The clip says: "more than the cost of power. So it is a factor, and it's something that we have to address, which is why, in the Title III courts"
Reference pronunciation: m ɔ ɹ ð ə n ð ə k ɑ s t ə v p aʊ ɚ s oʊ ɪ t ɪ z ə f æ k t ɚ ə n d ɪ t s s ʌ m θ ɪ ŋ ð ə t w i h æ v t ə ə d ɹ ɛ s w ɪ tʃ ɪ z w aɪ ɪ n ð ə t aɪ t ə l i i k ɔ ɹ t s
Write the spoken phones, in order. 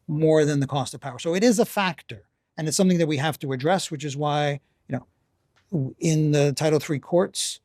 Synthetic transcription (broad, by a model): m ɔ ɹ ð ə n ð ə k ɑ s t ə v p aʊ ɚ s oʊ ɪ t ɪ z ə f æ k t ɚ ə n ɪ t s s ʌ m θ ɪ ŋ ð ə t w i h æ f t ə ə d ɹ ɛ s w ɪ tʃ ɪ z w aɪ ɪ n ð ə t aɪ t l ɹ i k ɔ ɹ t s